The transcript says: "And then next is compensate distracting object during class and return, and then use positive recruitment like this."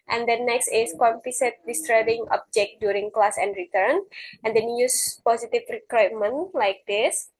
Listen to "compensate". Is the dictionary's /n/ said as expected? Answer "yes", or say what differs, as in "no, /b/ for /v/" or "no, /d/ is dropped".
no, /n/ is dropped